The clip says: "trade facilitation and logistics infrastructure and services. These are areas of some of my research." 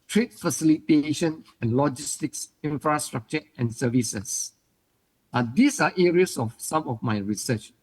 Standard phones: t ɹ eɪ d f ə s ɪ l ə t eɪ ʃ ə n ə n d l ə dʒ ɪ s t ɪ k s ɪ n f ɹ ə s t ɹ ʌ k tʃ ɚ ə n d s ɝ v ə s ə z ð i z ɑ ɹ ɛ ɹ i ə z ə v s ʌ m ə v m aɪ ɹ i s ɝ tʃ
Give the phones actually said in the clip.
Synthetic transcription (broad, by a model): t ɹ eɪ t f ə s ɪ l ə t eɪ ʃ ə n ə n l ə dʒ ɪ s t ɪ k s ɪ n f ɹ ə s t ɹ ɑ k tʃ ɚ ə n s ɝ v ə s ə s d i s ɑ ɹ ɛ ɹ i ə s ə f s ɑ m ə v m aɪ ɹ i s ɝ tʃ